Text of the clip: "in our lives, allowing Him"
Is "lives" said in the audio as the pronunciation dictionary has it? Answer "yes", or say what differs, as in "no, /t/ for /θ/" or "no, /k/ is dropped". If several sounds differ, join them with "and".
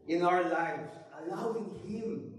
yes